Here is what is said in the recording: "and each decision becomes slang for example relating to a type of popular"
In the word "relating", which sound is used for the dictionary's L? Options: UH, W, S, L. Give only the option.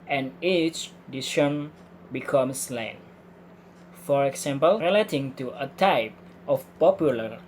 L